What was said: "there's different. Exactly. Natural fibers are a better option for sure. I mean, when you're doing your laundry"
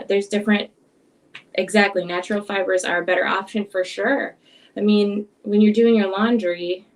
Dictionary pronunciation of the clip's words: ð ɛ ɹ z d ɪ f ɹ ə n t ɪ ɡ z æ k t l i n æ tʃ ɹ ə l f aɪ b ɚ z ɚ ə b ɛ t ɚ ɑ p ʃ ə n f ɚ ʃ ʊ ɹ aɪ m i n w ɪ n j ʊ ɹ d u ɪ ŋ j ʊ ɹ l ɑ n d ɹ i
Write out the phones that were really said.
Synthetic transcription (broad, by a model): ð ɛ ɹ z d ɪ f ɹ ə n t ɪ ɡ z æ k t l i n æ tʃ ɹ l f aɪ b ɚ z ɚ ə b ɛ t ɚ ɑ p ʃ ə n f ɚ ʃ ʊ ɹ aɪ m i n w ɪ n j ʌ ɹ d u ɪ ŋ j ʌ ɹ l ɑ n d ɹ i